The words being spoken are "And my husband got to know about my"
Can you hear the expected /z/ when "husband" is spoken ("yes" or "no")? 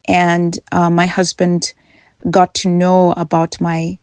yes